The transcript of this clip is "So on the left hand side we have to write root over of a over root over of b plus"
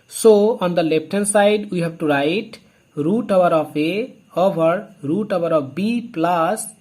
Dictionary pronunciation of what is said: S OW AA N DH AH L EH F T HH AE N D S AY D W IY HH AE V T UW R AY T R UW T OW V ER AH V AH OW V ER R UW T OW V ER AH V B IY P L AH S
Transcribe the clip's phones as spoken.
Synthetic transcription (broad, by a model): S OW AA N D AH L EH P T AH N S AY D W IY HH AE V T UW R AY T R UW T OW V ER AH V AH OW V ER R UW T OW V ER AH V B IY P L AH S